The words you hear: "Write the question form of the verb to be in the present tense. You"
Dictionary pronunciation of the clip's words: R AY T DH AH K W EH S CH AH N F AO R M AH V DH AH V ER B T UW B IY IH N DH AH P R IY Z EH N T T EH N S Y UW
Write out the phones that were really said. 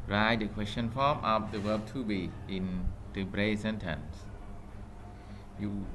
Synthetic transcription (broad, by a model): R AY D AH K W EH S CH AH N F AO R M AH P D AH W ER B T UW B IY IH N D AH B R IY S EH N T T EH N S Y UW